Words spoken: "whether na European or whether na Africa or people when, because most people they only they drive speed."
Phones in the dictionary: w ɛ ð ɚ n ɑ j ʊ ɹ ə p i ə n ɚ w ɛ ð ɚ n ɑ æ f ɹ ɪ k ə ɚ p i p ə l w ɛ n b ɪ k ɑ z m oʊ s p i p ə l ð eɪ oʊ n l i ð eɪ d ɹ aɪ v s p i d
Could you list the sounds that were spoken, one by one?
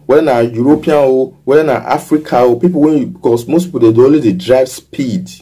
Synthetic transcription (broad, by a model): w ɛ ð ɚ n ɑ j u ɹ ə p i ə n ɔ w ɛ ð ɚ n ɑ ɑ f ɹ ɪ k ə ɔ p i p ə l w ɛ n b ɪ k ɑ s m oʊ s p i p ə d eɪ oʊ l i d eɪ d ɹ aɪ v s p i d